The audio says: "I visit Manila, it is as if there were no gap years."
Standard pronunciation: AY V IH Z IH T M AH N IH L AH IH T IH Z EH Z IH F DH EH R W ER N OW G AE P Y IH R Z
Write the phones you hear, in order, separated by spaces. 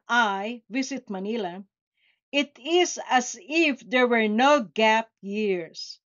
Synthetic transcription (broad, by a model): AY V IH S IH T M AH N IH L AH IH T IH S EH S IH F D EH R W ER N OW G AE P Y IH R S